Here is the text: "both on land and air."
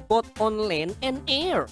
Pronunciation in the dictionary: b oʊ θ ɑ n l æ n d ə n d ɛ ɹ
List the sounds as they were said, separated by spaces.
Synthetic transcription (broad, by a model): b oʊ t ɑ n l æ n ə n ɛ ɹ